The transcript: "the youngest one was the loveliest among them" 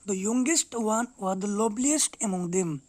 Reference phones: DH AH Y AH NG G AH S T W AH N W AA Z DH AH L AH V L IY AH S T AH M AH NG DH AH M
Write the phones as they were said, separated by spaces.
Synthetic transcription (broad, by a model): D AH Y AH NG G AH S T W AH N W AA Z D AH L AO B L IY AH S T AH M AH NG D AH M